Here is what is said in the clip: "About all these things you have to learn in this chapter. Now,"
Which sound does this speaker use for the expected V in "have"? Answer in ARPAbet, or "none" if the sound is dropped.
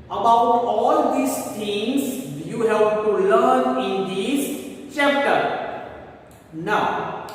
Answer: P